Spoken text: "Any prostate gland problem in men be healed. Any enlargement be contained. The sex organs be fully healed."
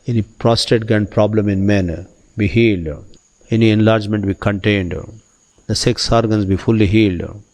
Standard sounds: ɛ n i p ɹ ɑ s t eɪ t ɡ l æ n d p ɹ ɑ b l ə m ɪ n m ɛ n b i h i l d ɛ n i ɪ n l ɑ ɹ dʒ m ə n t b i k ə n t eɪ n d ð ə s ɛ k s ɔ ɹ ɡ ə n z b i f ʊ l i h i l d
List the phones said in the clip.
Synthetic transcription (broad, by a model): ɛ n i p ɹ ɑ s t eɪ t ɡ æ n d p ɹ ɑ b l ə m ɪ n m ɛ n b i h i l d ɛ n i ɪ n l ɑ ɹ dʒ m ə n t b i k ə n t eɪ n d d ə s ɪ k s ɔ ɹ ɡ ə n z b i f ʊ l i h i l d